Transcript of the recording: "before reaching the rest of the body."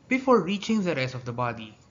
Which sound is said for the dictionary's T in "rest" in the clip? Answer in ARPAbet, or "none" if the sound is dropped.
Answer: none